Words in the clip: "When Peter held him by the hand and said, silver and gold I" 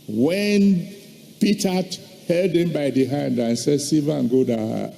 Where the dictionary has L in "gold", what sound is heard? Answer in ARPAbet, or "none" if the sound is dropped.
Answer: none